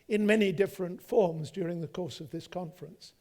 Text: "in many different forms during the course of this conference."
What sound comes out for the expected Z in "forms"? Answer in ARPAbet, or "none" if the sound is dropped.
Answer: Z